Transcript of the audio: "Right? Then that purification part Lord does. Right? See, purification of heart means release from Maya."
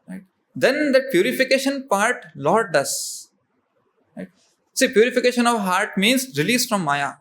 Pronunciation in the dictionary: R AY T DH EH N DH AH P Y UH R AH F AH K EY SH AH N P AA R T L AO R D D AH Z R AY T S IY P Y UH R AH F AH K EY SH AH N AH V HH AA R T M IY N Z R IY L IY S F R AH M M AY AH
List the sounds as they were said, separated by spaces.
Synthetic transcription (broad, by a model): R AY T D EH N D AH P Y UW R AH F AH K EY SH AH N P AA R T L AO R D D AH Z R AY T S IY P Y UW R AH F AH K EY SH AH N AH V HH AA R T M IY N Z R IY L IY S F R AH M M AY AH